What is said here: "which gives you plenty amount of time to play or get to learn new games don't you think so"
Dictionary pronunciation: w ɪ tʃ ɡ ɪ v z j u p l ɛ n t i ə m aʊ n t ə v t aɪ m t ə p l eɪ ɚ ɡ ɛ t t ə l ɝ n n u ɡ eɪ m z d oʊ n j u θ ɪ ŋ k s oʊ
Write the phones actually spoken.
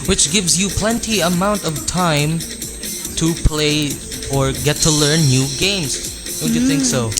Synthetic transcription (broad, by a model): w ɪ tʃ ɡ ɪ v z j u p l ɛ n t i ə m aʊ n t ə v t aɪ m t ə p l eɪ ɚ ɡ ɛ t t ə l ɝ n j u ɡ eɪ m z d oʊ n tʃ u θ ɪ ŋ k s oʊ